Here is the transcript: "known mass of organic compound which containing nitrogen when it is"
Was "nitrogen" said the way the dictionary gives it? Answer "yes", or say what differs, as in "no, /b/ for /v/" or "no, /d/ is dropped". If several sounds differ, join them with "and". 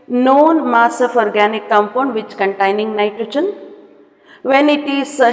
no, /tʃ/ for /dʒ/